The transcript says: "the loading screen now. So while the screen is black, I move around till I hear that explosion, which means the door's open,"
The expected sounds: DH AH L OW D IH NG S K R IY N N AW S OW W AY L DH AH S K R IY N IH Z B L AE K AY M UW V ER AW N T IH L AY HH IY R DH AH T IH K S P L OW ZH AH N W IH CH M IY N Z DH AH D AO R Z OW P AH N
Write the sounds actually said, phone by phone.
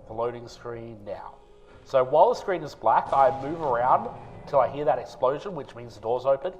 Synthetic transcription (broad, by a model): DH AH L OW D IH NG S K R IY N N AW S OW W AY L DH AH S K R IY N IH Z B L AE K AY M UW V ER AW N T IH L AY HH IY R DH AH T IH K S P L OW ZH AH N W IH CH M IY N Z DH AH D AO R Z OW P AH N